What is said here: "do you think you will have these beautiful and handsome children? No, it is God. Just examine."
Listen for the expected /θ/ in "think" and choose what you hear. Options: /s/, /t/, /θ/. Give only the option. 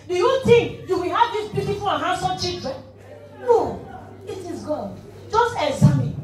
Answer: /t/